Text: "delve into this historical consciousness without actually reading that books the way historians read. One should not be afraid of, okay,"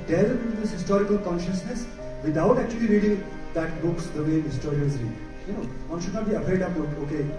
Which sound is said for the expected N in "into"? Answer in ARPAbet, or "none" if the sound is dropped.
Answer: none